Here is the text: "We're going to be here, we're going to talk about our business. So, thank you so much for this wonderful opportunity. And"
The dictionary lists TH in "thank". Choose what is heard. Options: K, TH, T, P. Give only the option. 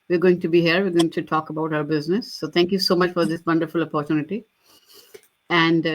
T